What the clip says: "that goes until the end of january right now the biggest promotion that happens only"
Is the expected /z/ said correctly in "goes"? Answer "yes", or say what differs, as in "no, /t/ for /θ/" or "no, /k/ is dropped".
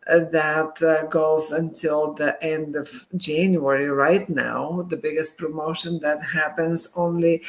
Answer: yes